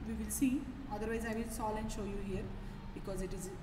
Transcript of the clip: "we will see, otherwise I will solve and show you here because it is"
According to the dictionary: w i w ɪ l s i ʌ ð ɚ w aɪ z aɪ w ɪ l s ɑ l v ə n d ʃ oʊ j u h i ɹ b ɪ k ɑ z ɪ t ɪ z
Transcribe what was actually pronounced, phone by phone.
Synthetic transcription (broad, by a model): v i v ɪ l s i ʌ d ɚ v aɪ z aɪ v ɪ l s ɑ l ə n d ʃ oʊ j u h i ɹ b ɪ k ɑ z ɪ t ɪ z